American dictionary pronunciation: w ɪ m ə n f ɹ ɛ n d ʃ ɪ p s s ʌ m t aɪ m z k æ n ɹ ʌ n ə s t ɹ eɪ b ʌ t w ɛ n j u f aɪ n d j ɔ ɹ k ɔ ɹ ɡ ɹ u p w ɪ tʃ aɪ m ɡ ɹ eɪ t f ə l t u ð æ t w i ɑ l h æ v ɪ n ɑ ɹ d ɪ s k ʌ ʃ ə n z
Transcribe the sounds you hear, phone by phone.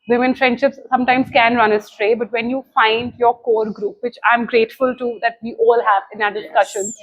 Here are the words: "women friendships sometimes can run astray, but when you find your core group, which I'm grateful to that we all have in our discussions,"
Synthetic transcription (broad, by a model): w ɪ m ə n f ɹ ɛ n d ʃ ɪ p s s ʌ m t aɪ m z k æ n ɹ ʌ n ə s t ɹ eɪ b ʌ t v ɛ n j u f aɪ n d j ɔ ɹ k ɔ ɹ ɡ ɹ u p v ɪ tʃ aɪ m ɡ ɹ eɪ t f ə l t u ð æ t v i ɑ l h æ v ɪ n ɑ d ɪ s k ʌ ʃ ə n